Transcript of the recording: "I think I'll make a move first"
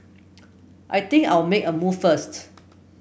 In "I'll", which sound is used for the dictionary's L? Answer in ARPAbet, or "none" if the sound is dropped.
W